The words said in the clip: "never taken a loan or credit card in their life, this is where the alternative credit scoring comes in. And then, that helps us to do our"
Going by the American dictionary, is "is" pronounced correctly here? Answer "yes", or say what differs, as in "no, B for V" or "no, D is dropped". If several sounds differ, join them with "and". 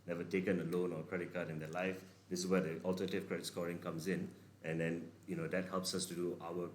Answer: no, S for Z